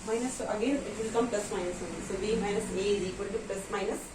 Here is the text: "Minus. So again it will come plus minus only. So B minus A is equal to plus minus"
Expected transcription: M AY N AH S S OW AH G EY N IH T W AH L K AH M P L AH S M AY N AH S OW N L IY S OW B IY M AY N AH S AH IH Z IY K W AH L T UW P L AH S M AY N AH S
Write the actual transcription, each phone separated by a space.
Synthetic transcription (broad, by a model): M AY N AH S S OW AH G EY N IH T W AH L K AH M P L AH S M AY N AH S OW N IY S OW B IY M AY N AH S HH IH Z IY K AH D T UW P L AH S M AY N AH S